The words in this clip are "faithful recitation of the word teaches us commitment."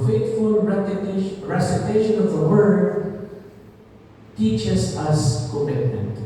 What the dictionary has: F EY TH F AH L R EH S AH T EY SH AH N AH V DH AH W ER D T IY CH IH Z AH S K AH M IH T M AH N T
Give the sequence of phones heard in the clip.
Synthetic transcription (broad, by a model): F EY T F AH L R EH S AH T EY SH AH N AH V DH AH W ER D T IY CH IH S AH S K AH M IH T M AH N T